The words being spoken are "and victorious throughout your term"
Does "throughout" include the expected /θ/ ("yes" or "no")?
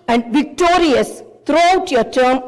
no